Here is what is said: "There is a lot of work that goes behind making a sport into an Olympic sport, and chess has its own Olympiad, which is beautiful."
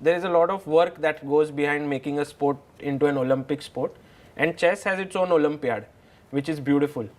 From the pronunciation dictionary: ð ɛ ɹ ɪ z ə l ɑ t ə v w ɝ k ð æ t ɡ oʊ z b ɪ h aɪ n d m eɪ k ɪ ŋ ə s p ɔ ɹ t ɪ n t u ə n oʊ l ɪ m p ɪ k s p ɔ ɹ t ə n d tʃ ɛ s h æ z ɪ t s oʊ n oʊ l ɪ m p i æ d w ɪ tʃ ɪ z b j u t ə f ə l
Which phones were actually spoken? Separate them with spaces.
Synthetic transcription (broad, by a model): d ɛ ɹ ɪ z ə l ɑ t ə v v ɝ k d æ t ɡ oʊ z b ɪ h aɪ n d m eɪ k ɪ ŋ ə s p ɔ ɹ t ɪ n t u ə n oʊ l ɪ m p ɪ k s p ɔ ɹ t ə n d tʃ ɛ s h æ z ɪ t s oʊ n oʊ l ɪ m p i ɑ d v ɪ tʃ ɪ z b j u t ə f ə l